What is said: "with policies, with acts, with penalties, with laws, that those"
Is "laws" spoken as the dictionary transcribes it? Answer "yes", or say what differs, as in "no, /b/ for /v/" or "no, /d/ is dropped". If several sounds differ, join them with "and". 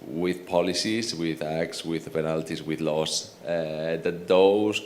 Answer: no, /s/ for /z/